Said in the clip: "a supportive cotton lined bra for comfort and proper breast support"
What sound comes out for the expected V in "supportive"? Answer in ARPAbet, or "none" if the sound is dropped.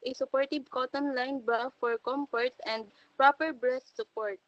B